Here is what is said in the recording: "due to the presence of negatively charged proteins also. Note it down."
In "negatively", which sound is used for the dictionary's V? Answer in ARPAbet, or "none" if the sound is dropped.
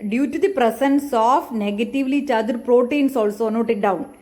V